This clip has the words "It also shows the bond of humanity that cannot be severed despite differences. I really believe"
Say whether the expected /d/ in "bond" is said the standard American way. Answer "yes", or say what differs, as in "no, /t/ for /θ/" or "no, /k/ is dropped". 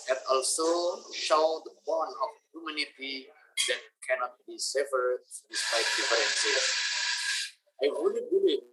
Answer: no, /d/ is dropped